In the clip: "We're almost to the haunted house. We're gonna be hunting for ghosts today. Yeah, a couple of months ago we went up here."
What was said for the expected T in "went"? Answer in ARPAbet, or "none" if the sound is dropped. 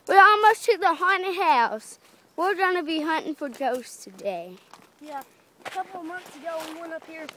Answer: none